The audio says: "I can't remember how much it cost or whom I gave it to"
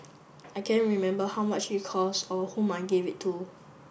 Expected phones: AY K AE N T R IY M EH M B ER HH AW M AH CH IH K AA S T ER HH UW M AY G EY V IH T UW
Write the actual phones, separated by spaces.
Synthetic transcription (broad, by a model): AY K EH N R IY M EH M B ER HH AW M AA CH IH K AA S AO HH UW M AY G EY V IH T UW